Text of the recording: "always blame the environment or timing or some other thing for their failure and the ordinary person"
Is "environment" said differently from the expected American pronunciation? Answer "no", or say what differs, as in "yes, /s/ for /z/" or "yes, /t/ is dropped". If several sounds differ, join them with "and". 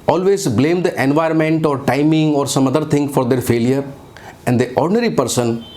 no